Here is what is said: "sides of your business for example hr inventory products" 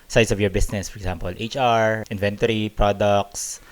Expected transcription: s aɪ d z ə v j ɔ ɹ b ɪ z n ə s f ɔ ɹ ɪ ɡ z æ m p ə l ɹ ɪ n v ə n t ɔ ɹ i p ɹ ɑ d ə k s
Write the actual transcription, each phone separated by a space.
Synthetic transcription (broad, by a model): s aɪ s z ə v j ɔ ɹ b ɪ s n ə s f ɔ ɹ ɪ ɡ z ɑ m p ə l ɹ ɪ n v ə n t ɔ ɹ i p ɹ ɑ d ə k s